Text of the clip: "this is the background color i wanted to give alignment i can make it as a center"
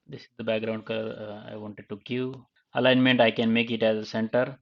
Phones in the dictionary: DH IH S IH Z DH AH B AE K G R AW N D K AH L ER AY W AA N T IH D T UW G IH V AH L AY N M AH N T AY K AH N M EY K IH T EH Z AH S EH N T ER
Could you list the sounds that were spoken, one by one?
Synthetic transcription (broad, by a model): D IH S IH Z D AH B AE K G R AW N D K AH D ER AY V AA N T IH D T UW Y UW AH L AY N M AH N T AY K AH N M EY K IH T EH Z AH S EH N T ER